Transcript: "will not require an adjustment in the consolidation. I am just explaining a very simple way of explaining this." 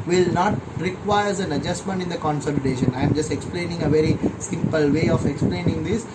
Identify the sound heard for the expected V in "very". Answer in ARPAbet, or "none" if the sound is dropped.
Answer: V